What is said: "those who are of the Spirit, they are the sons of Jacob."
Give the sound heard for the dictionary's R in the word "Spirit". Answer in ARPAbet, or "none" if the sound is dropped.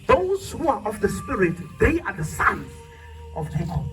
R